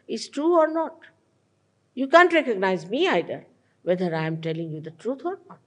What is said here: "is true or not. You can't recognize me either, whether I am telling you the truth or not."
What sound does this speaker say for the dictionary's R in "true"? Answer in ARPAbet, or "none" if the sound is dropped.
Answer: R